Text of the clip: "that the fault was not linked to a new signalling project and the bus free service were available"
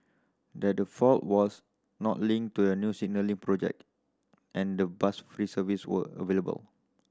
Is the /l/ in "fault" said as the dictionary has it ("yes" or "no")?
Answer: yes